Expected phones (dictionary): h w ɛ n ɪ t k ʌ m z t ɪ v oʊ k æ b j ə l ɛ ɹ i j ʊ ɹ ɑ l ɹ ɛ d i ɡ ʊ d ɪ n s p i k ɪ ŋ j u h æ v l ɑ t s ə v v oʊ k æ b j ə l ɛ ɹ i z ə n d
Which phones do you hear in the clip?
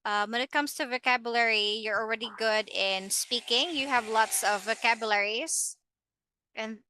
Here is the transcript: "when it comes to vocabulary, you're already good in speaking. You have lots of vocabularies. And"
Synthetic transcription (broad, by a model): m w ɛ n ɪ t k ʌ m z t ɪ v oʊ k æ b j ə l ɛ ɹ i j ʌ ɹ l ɹ ɛ d i ɡ ʊ d ɪ n s p i k ɪ ŋ j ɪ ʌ v l ɑ t s ə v v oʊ k æ b j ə l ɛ ɹ i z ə n